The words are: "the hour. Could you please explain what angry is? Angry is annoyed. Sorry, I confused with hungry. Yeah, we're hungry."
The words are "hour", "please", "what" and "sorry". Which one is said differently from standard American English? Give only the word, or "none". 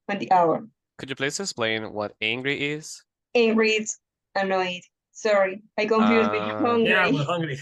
please